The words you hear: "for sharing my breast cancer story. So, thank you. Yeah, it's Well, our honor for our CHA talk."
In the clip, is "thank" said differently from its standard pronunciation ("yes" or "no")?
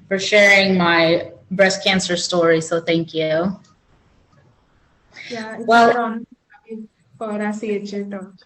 no